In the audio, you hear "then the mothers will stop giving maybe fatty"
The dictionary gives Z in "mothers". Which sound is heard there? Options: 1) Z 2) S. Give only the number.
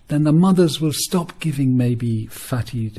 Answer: 1